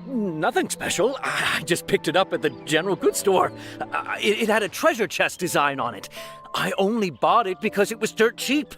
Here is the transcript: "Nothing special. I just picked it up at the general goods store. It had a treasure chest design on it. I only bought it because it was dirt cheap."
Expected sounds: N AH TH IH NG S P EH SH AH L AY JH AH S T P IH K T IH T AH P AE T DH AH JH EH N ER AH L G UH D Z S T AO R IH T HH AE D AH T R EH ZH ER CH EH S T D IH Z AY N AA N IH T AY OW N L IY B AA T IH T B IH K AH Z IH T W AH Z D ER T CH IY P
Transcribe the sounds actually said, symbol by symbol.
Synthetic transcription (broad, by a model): N AH TH IH NG S P EH SH L AY JH AH S P IH K T IH T AH P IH T DH AH JH EH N ER L G UH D S T AO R IH T HH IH D AH T R EH ZH ER CH EH S D IH Z AY N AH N IH T AY OW N L IY B AA T IH T B IH K AH Z IH T W AH Z D ER T CH IY P